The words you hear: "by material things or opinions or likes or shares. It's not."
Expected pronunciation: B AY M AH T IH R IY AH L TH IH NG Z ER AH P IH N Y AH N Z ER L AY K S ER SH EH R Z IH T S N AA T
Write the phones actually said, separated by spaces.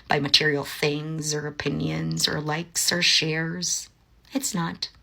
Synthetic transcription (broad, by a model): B AY M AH T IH R IY L TH IH NG Z ER AH P IH N Y AH N Z ER L AY K S ER SH EH R Z IH T S N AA T